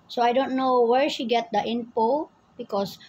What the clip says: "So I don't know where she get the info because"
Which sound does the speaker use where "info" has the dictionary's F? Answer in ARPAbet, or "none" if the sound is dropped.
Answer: P